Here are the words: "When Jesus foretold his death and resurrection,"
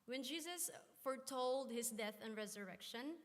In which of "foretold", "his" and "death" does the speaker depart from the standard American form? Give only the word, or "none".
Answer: his